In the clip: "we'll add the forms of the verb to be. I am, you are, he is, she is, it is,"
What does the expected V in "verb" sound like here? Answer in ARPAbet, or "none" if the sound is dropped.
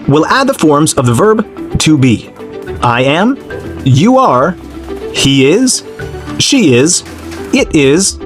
V